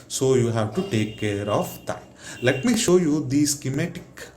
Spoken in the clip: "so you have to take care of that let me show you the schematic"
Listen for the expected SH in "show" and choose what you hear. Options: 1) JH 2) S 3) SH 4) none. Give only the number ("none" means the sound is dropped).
3